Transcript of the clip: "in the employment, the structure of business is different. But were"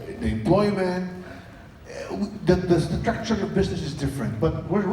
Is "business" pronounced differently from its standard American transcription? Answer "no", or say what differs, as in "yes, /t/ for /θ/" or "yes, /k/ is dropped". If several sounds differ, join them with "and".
no